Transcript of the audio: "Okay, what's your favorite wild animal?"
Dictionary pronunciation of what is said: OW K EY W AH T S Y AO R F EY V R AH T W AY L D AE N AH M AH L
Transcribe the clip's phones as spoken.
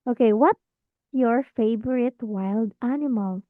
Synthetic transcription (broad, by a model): OW K EY W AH T Y AO R F EY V R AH T W AY L D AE N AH M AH L